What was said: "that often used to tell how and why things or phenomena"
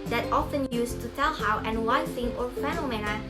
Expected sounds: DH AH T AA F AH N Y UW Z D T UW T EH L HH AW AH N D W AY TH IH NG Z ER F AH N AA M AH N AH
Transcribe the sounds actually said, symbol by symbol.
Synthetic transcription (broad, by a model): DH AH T AA F AH N Y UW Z T UW T EH L HH AW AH N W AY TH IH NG ER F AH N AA M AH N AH